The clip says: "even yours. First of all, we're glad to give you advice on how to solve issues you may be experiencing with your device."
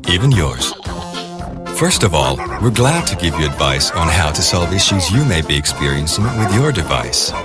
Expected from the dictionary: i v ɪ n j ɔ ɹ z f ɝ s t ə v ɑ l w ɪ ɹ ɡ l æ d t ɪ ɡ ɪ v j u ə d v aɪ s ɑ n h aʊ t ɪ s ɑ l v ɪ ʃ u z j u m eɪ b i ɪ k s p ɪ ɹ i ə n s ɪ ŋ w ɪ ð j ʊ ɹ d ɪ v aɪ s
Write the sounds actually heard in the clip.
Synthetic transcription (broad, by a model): i v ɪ n j ɔ ɹ z f ɝ s t ə v ɑ l w ɪ ɹ ɡ l æ d t ɪ ɡ ɪ v j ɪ ə d v aɪ s n h aʊ t ɪ s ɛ l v ɪ ʃ u z j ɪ m eɪ b i ɪ k s p ɪ ɹ i ə n s ɪ ŋ w ɪ ð j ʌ ɹ d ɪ v aɪ s